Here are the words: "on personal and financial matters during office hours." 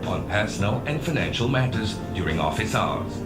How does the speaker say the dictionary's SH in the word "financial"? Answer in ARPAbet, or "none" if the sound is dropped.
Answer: SH